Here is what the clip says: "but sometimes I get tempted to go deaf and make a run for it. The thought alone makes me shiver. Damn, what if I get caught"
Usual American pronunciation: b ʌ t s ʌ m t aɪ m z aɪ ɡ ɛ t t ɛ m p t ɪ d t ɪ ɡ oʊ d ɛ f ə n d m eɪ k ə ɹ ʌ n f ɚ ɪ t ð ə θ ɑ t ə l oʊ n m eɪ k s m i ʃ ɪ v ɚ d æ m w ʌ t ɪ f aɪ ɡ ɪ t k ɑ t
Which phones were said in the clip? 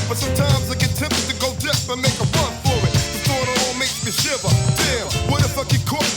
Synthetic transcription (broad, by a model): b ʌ t s ʌ m t aɪ m z aɪ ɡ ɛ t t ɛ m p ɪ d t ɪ ɡ oʊ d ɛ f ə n m eɪ k ə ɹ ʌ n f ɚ ɪ t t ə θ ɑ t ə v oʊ l m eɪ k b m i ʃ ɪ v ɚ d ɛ w ʌ t ɪ f aɪ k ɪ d k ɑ